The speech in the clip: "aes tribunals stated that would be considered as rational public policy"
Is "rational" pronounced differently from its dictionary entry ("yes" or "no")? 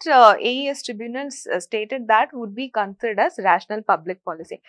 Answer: no